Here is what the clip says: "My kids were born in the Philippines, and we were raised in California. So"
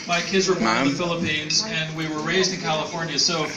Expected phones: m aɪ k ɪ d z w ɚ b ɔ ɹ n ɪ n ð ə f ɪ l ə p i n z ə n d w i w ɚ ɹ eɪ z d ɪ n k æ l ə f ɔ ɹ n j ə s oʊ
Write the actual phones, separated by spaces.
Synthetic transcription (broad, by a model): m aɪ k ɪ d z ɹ ɪ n ð ə f ɪ l ə p i n z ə n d w i w ɚ ɹ eɪ z d ɪ n k æ l ə f ɔ ɹ n j ə s oʊ